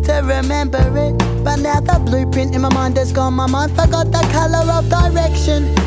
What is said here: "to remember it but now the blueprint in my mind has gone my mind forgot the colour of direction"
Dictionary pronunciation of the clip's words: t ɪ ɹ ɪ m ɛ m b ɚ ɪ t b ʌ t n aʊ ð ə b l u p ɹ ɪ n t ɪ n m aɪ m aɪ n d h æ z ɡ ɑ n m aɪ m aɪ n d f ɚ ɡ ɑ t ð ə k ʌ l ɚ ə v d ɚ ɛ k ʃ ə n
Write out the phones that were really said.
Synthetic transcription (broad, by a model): t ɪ ɹ ɪ m ɛ m b ɚ ɪ t b ʌ t n aʊ ð ə b l u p ɪ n ɪ n m aɪ m aɪ n d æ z ɡ ɑ n m aɪ m aɪ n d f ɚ ɡ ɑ t ð ə k ʌ l ɚ ə v d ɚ ɛ k ʃ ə n